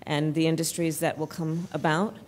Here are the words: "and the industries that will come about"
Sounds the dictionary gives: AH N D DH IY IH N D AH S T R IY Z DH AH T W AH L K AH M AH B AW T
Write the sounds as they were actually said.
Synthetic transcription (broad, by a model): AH N DH IY IH N D AH S T R IY Z DH AH T W AH L K AH M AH B AW T